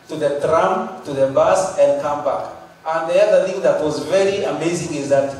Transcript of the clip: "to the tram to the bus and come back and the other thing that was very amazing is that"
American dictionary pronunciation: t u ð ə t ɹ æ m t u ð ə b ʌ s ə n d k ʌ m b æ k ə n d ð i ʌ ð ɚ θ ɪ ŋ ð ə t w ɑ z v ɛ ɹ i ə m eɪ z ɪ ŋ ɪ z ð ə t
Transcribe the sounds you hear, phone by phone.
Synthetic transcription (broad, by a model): t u ð ə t ɹ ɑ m t u ð ə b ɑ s ə n d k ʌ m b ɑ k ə n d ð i ʌ ð ɚ θ ɪ ŋ ð ə t w ɑ z v ɛ ɹ i ə m eɪ z ɪ ŋ ɪ z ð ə t